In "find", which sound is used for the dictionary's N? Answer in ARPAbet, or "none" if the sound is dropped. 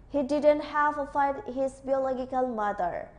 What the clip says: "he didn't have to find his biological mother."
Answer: none